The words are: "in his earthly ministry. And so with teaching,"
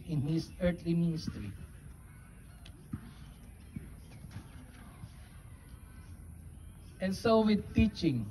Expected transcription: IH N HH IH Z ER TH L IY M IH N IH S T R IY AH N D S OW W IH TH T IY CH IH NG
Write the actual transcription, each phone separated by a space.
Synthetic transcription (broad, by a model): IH N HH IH S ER T L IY M IH N IH S T R IY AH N S OW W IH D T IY CH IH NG